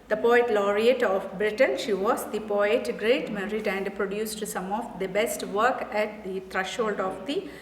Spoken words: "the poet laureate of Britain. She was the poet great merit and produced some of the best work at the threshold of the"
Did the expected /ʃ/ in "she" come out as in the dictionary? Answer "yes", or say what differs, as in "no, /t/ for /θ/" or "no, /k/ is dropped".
yes